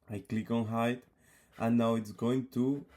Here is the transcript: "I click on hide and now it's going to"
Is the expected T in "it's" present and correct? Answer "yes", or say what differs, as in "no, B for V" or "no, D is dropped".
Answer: yes